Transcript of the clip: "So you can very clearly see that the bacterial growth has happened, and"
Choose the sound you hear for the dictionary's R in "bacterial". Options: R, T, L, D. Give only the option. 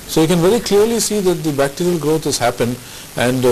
R